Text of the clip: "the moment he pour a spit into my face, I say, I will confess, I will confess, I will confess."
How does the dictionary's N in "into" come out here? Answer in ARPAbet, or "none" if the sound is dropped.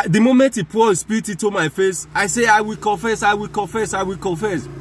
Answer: none